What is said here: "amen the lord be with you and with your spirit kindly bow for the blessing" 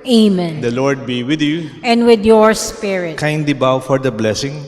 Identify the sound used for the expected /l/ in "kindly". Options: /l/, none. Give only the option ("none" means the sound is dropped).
none